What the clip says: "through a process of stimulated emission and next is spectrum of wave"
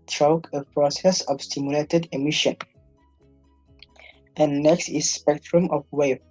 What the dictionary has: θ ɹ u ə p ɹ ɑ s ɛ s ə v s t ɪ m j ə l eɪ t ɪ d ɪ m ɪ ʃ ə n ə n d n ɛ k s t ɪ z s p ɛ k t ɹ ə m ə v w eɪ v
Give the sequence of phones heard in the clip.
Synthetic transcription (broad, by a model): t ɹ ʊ ə p ɹ ɑ s ɛ s ə v s t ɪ m j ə l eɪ t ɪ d ɪ m ɪ ʃ ə n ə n n ɛ k s t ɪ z s p ɛ k t ɹ ə m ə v w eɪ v